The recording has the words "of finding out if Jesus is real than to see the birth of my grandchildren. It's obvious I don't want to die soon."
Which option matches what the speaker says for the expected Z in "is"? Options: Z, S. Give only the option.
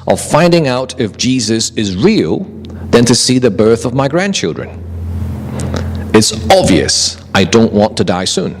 Z